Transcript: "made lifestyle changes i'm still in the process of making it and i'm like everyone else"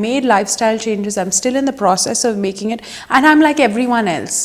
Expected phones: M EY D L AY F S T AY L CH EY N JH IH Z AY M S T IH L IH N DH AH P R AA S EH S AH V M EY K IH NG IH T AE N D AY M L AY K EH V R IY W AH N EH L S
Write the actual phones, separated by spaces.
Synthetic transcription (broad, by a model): M EY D L AY F S T AY L CH EY N JH IH Z AY M S T IH L IH N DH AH P R AA S EH S AH V M EY K IH NG IH T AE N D AY M L AY K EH V R IY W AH N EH L S